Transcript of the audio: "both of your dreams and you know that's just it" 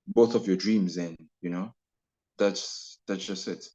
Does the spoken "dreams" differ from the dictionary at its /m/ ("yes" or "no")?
no